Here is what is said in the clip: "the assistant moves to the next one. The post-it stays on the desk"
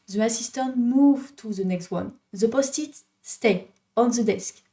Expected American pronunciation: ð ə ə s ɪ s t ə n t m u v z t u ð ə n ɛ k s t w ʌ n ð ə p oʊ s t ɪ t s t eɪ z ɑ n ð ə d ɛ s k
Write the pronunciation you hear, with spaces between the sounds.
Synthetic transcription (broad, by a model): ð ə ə s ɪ s t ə n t m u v t u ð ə n ɛ k s t w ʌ n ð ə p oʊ s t ɪ t s t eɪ ɑ n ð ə d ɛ s k